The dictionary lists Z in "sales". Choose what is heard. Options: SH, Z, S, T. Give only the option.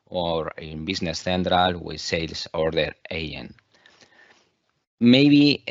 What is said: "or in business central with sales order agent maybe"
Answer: S